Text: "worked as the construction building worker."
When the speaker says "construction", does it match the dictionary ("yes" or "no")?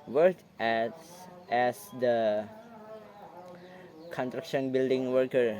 no